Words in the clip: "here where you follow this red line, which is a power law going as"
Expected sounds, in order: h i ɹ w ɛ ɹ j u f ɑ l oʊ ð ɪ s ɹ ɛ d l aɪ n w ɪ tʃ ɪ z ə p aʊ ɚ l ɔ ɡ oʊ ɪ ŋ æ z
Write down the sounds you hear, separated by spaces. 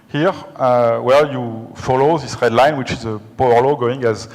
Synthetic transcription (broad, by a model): h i ɹ w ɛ l j u f ɑ l oʊ ð ɪ s ɹ ɛ d l aɪ n w ɪ tʃ ɪ z ə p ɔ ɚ l ɔ ɡ oʊ ɪ ŋ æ z